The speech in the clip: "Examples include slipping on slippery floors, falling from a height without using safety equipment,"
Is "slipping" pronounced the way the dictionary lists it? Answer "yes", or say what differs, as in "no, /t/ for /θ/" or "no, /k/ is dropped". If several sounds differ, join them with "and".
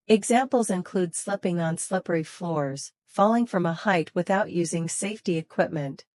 yes